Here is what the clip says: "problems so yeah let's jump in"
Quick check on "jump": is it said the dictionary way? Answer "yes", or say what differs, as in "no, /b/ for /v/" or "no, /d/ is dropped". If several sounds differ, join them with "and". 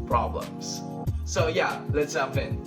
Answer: no, /m/ is dropped